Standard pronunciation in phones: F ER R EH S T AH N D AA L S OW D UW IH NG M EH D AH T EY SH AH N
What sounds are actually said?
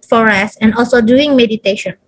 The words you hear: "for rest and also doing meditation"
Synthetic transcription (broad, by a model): F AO R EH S AH N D AA L S OW D UW IH NG M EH D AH T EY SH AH N